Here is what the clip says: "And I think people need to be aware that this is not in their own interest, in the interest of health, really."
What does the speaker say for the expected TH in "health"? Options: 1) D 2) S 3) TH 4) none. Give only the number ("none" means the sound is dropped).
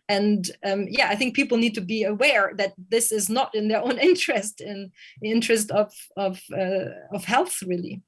3